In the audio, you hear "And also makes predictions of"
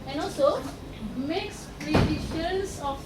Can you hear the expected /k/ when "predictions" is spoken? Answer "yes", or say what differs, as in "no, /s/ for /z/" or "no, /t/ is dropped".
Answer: no, /k/ is dropped